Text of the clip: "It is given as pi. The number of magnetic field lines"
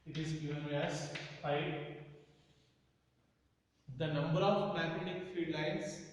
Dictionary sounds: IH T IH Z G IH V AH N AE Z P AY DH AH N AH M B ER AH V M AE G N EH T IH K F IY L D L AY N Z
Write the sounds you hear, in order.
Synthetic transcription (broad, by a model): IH T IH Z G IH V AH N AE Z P AY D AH N AH M B ER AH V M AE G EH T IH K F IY D L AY N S